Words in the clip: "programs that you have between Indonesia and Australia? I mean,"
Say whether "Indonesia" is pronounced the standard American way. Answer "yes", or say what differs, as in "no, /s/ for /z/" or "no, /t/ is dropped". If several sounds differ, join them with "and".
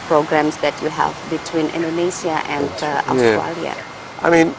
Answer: no, /s/ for /ʒ/